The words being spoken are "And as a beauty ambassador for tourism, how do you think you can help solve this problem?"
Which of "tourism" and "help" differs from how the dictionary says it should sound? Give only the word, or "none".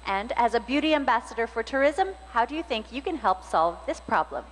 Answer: none